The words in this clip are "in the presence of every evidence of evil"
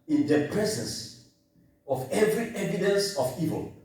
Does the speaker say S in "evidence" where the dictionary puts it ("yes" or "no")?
yes